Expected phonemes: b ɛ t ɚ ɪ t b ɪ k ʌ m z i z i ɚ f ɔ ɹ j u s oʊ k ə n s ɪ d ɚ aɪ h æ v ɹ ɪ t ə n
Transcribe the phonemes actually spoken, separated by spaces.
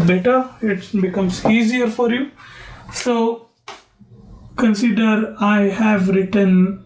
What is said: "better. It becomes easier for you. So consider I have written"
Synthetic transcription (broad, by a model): b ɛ t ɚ ɪ t b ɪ k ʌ m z i z i ɚ f ɔ ɹ j u s oʊ k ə n s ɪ d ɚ aɪ h æ v ɹ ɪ t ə n